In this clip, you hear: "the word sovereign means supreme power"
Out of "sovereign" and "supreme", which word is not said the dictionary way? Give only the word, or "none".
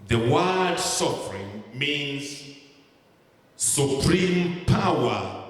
sovereign